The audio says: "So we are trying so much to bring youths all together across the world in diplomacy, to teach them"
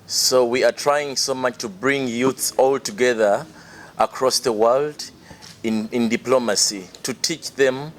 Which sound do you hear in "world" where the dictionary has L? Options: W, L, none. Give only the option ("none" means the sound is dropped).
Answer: L